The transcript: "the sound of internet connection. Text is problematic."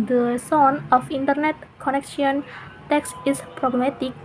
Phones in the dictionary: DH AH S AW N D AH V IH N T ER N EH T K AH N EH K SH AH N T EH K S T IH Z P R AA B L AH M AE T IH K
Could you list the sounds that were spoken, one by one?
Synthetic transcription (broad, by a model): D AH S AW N AH F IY N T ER N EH T K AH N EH K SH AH N T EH K S IH S P R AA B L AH M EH T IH K